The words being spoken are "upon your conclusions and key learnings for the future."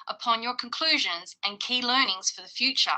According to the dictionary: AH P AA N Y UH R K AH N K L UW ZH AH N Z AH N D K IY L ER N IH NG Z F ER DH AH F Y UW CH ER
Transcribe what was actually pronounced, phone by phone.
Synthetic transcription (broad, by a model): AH P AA N Y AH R K AH N K L UW ZH AH N Z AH N K IY L ER N IH NG Z F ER DH AH F Y UW CH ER